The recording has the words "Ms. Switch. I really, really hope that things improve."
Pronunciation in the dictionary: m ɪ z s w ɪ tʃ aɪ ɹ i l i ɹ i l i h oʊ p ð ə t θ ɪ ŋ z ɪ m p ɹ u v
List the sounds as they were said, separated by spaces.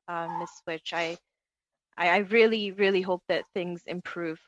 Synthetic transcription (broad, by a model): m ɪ s w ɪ tʃ aɪ ɹ i l i ɹ i l i h oʊ p ð ə t θ ɪ ŋ z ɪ m p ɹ u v